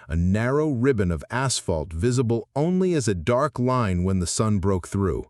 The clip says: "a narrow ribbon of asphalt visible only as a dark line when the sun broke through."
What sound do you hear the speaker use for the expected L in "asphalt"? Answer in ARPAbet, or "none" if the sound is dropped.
L